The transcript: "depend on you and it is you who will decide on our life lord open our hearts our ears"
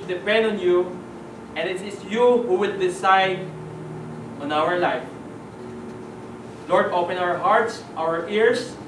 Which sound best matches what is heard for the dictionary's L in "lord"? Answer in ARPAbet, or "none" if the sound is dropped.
L